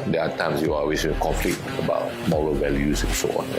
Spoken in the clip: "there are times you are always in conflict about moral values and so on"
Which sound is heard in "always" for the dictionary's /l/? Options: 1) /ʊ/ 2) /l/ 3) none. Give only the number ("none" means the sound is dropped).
3